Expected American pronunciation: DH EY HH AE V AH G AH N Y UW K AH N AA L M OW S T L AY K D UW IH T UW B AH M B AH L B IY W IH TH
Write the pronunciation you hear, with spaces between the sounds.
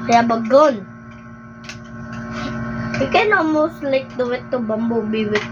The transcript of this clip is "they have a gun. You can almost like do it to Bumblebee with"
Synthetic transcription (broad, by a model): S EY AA B AH G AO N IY K AH N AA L M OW S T L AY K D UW IH T UW B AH M B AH B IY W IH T